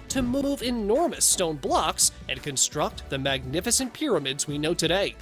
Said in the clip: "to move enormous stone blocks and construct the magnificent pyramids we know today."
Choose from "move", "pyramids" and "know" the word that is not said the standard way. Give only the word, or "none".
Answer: none